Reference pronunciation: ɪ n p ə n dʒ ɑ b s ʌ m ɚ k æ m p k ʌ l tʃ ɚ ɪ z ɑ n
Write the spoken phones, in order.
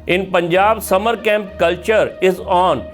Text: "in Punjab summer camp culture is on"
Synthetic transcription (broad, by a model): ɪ n p ə n dʒ ɑ b s ʌ m ɚ k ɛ m p k ʌ l tʃ ɚ ɪ z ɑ n